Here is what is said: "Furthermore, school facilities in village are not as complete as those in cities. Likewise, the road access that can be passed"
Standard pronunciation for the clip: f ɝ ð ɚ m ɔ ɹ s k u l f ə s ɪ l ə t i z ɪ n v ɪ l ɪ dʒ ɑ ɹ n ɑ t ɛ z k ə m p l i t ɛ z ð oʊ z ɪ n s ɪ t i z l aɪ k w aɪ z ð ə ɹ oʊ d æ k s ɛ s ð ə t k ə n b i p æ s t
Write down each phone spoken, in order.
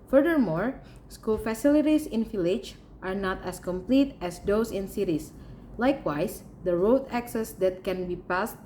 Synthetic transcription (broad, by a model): f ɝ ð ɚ m ɔ ɹ s k u l f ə s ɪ l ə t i s ɪ n f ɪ l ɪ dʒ ɑ ɹ n ɑ t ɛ s k ə m p l i t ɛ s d oʊ s ɪ n s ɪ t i s l aɪ k w aɪ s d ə ɹ oʊ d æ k s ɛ s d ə t k ə n b i p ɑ s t